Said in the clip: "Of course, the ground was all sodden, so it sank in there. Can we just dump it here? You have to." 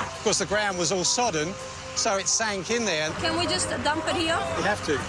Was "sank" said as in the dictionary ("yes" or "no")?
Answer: yes